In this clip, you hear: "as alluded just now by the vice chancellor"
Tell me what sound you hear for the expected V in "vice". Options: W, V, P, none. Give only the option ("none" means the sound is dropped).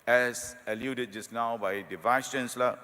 V